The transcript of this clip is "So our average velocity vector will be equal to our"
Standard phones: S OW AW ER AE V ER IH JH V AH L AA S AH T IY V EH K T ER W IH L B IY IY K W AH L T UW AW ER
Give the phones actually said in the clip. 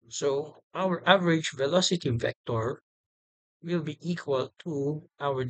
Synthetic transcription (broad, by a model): S OW AW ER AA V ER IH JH V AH L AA S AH T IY F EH K T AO W IH L B IY IY K W AH L T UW AW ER